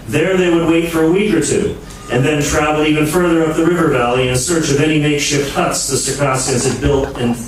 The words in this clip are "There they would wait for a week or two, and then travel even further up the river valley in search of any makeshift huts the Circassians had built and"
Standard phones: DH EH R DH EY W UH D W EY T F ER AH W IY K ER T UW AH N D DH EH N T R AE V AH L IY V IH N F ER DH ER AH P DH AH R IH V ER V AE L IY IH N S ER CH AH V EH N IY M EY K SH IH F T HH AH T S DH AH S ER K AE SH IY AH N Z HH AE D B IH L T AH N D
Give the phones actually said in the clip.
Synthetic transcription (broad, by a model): DH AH R DH EY W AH D W EY T F ER AH W IY K ER T UW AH N DH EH N T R AE V L IY V IH N F ER DH ER AH P DH AH R IH V ER V AE L IY IH N S ER CH AH V EH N IY M EY K SH IH P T HH AH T S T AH S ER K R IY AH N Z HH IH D B IH L T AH N